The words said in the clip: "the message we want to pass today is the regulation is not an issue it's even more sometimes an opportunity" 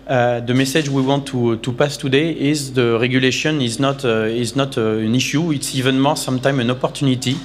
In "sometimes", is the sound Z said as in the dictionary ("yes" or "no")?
no